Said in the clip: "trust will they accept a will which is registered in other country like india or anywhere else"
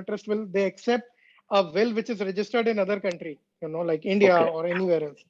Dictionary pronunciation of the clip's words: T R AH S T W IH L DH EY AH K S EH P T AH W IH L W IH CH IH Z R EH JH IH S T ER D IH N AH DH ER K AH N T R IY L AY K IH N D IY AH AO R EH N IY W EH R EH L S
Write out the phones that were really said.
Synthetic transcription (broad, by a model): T R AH S T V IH L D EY AH K S EH P T AH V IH L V IH CH IH Z R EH JH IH S T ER D IH N AH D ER K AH N T R IY L AY K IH N D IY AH AO R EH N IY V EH R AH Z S